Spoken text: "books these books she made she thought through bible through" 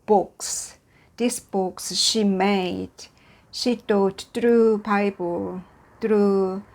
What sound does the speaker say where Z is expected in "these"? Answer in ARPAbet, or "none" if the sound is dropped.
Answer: S